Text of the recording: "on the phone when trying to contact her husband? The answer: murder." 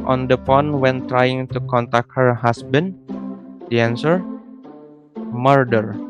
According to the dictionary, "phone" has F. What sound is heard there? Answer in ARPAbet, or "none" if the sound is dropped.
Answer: P